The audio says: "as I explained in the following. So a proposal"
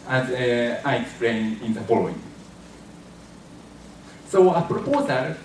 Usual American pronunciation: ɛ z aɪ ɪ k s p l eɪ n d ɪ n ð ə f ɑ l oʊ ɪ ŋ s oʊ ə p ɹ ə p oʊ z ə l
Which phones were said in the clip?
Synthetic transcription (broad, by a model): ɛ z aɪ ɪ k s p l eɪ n ɪ n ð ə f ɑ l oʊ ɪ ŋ s oʊ ə p ɹ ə p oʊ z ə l